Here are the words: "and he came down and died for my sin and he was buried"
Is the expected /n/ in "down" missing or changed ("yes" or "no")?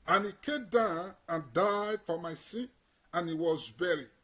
no